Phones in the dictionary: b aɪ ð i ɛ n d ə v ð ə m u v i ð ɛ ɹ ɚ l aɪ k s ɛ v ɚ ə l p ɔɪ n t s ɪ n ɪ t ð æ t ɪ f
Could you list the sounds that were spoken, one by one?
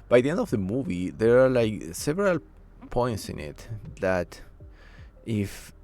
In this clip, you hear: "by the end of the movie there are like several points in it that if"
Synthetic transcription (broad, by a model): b aɪ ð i ɛ n d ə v ð ə m u v i ð ɛ ɹ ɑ l aɪ k s ɛ v ɚ ə l p ɔɪ n t s ɪ n ɪ t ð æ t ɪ f